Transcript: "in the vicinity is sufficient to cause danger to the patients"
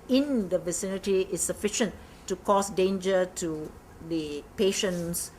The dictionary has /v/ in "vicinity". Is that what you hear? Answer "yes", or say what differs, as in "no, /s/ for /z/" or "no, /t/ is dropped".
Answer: yes